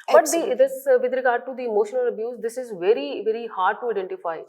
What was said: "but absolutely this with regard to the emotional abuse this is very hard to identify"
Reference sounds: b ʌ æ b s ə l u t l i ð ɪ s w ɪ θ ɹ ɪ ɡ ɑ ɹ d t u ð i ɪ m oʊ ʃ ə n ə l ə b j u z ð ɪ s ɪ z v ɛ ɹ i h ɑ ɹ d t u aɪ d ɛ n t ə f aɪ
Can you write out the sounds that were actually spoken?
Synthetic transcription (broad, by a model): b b ə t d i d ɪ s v ɪ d ɹ ɪ ɡ ɑ ɹ d t u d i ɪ m oʊ ʃ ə n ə l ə b j u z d ɪ s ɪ z v ɛ ɹ i h ɑ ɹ d t u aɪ d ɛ n t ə f aɪ